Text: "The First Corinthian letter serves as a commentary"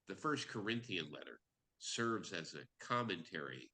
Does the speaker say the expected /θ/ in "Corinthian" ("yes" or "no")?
yes